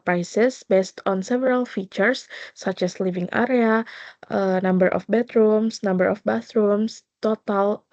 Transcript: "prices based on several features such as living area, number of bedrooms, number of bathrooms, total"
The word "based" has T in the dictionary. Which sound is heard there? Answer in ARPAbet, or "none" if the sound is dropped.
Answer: T